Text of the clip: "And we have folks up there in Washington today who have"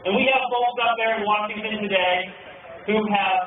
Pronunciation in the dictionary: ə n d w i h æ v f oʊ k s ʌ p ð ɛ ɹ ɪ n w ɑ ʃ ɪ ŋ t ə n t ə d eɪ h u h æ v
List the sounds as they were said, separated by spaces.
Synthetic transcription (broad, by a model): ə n w i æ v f oʊ s ʌ p ð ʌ ɹ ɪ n w ɑ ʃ ɪ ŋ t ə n t ə d eɪ h u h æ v